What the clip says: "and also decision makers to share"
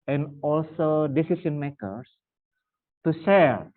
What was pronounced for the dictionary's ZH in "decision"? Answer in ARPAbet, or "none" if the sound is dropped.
S